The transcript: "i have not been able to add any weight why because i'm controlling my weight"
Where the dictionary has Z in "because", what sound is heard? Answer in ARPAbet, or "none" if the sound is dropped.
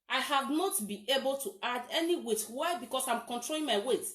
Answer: S